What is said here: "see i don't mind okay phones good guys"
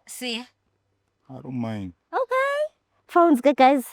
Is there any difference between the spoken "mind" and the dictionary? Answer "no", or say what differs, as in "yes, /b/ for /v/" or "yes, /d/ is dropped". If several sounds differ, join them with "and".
yes, /d/ is dropped